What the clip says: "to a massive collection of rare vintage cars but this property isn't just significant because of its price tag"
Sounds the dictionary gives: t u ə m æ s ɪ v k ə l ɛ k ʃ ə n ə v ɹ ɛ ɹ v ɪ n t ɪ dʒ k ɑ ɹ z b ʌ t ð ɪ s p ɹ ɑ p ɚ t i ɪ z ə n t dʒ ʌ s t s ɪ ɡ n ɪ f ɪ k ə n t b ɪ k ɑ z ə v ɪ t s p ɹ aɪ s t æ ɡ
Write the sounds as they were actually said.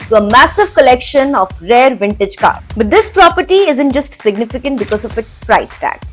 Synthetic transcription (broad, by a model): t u ə m æ s ɪ v k ə l ɛ k ʃ ə n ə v ɹ ɛ ɹ v ɪ n t ɪ dʒ k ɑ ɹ b ʌ t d ɪ s p ɹ ɑ p ɚ t i ɪ z ə n t dʒ ʌ s t s ɪ ɡ n ɪ f ɪ k ə n t b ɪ k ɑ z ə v ɪ t s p ɹ aɪ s t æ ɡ